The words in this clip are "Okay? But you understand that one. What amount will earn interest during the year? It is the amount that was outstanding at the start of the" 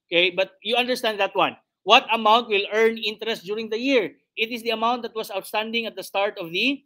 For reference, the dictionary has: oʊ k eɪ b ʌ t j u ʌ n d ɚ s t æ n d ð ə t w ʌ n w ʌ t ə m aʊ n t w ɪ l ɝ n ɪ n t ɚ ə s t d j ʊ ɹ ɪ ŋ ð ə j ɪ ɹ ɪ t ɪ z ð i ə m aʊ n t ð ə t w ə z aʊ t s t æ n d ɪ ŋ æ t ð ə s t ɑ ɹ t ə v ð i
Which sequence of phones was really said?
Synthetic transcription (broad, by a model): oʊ k eɪ b ʌ t j u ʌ n d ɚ s t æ n d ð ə t w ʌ n w ʌ t ə m aʊ n t w ɪ l ɝ n ɪ n t ɚ ə s t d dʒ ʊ ɹ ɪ ŋ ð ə j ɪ ɹ ɪ t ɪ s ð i ə m aʊ n t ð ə t w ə s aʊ t s t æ n d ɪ ŋ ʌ t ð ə s t ɑ ɹ t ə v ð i